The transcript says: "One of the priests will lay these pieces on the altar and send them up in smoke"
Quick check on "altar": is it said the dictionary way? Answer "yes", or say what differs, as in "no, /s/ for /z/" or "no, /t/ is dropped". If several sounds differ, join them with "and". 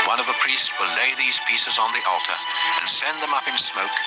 yes